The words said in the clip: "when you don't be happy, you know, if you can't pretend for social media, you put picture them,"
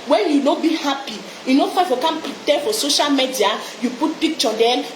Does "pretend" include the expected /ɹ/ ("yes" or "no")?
no